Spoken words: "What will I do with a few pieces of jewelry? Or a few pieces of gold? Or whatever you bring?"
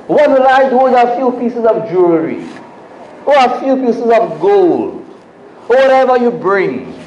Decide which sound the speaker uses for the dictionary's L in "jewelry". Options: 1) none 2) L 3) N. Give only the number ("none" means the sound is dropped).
1